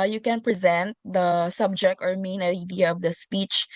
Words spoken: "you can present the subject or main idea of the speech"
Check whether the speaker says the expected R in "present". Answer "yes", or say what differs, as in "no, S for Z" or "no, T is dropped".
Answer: yes